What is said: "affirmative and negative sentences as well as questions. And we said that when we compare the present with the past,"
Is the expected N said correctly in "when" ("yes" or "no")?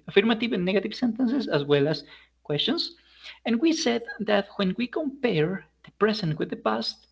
yes